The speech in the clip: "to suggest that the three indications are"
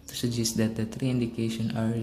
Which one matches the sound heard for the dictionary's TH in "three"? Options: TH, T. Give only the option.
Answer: T